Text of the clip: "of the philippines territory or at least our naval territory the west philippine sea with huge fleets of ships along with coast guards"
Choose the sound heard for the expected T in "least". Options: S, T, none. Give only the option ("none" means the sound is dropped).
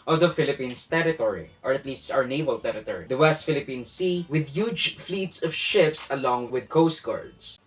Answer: T